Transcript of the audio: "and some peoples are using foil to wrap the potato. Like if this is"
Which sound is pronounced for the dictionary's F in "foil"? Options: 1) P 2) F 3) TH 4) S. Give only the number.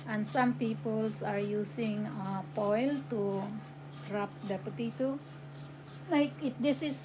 1